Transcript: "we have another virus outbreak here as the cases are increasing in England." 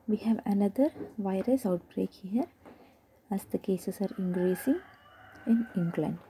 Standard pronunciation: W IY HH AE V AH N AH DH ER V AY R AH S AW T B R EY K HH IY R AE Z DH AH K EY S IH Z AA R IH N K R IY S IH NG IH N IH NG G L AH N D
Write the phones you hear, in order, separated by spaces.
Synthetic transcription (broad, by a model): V IY HH AE V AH N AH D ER V AY R AH S AW T B R EY K HH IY R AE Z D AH K EY S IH S AA R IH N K R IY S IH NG IH N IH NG G L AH N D